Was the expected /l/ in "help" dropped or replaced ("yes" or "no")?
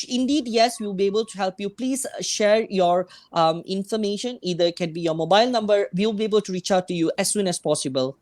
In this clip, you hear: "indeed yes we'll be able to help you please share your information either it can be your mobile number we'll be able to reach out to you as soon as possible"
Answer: no